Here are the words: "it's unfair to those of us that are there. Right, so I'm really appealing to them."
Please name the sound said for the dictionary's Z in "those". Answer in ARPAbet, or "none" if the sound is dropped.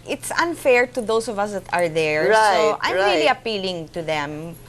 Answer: S